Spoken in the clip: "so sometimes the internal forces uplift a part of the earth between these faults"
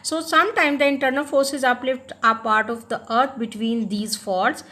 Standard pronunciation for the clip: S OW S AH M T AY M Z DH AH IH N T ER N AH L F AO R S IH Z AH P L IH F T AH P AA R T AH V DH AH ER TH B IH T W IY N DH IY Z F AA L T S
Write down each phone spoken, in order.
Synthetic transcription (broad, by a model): S OW S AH M T AY M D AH IH N T ER N AH L F AO R S IH Z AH P L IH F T AH P AA R T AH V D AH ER T B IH T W IY N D IY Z F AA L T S